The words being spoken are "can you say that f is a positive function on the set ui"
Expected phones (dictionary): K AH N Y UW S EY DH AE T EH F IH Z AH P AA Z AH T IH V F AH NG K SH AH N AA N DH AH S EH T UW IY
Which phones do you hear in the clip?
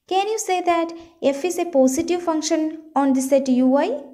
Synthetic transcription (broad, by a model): K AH N Y UW S EY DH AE T EH F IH S AH P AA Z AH T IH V F AH NG K SH AH N AA N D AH S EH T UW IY